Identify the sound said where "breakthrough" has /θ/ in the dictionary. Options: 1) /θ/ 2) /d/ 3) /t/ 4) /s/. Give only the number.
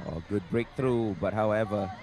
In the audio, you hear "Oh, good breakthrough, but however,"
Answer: 3